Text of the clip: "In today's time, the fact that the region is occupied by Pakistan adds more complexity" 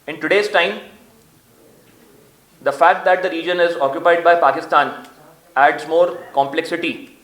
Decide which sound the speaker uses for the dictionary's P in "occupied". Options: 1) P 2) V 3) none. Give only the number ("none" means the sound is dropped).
1